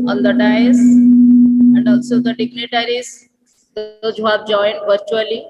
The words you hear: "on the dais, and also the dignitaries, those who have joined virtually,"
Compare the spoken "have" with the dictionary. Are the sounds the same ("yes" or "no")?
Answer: no